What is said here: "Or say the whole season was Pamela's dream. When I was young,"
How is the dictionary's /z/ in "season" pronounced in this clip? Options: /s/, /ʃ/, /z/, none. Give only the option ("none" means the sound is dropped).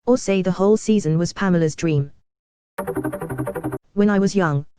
/z/